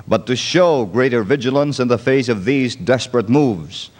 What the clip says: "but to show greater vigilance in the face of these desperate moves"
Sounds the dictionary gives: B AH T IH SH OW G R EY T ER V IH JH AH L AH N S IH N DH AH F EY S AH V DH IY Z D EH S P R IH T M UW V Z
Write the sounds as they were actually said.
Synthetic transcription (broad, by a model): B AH T IH SH OW G R EY T ER V IH JH AH L AH N S IH N DH AH F EY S AH V DH IY Z D EH S P R IH T M UW V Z